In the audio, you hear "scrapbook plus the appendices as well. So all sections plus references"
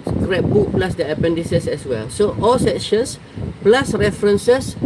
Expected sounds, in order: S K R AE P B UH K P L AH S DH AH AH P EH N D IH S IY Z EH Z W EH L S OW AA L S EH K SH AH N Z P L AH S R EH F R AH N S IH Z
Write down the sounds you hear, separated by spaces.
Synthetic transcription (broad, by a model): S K R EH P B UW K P L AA S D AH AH P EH N D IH S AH S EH S W EH L S OW AA L S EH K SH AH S P L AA S R EH F R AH N S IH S